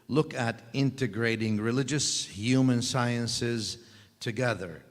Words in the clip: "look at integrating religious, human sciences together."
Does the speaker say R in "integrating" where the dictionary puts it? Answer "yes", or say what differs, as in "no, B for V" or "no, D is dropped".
yes